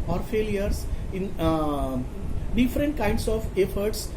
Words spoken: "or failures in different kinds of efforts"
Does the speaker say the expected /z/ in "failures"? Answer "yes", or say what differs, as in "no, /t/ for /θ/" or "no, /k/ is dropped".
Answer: no, /s/ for /z/